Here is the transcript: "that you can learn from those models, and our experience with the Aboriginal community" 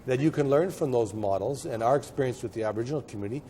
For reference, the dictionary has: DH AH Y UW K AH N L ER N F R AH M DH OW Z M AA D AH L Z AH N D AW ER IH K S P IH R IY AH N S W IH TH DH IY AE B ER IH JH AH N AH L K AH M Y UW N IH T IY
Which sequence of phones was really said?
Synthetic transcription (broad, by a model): DH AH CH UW K AH N L ER N F R AH M DH OW Z M AA D L Z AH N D AW ER IH K S P IH R IY AH N S W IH DH IY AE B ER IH JH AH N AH L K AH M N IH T IY